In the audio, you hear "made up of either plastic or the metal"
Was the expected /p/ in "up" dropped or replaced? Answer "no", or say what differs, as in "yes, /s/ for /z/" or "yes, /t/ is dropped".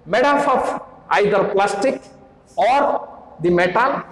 yes, /f/ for /p/